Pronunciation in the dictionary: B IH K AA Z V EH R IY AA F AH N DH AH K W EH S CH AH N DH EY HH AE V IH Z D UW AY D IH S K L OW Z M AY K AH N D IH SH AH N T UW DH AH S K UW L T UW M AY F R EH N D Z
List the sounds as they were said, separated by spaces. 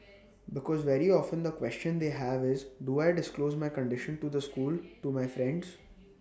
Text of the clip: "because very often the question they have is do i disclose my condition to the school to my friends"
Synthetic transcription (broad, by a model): B IH K AA Z V EH R IY AA F AH N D AH K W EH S CH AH N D EY HH AE V IH Z D UW AY D IH S K L OW Z M AY K AH N D IH SH AH N T UW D AH S K UW L T UW M AY F R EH N D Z